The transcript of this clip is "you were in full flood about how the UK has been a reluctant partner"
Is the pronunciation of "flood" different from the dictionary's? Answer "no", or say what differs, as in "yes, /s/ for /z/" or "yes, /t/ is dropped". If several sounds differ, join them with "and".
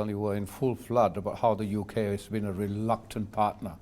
no